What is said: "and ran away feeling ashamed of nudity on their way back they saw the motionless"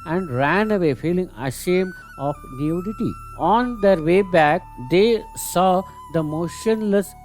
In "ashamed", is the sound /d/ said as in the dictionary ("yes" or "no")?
no